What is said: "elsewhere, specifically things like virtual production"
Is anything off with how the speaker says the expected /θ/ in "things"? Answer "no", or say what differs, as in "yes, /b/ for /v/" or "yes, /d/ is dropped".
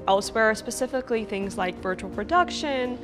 no